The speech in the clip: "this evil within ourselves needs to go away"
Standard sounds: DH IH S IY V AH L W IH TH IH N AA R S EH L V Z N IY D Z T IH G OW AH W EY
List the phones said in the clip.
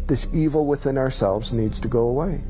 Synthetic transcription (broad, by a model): DH IH S IY V L W IH TH IH N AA R S EH L V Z N IY D Z T IH G OW AH W EY